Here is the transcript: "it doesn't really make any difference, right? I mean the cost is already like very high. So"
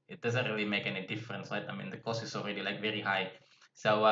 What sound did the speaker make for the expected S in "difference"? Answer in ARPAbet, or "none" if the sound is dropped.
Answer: S